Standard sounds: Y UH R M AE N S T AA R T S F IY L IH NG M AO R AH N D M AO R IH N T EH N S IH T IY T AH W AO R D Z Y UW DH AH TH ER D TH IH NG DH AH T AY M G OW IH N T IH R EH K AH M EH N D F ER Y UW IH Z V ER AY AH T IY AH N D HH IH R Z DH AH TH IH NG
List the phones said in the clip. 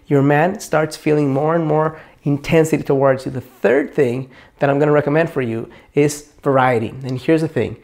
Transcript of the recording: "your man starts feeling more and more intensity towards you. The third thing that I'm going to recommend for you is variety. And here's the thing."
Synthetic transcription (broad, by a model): Y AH R M AE N S T AA R T S F IY L IH NG M AO R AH N M AO R IH N T EH N S IH T IY T AH W AO R D Z Y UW DH AH TH ER D TH IH NG DH AH T AY M G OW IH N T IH R EH K AH M EH N D F ER Y UW IH Z V ER AY AH T IY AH N HH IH R Z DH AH TH IH NG